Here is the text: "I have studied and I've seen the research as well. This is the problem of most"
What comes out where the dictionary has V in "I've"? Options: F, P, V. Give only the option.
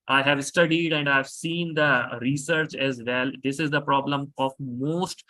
V